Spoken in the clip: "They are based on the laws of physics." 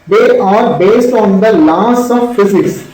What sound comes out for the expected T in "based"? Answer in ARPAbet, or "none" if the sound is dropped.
T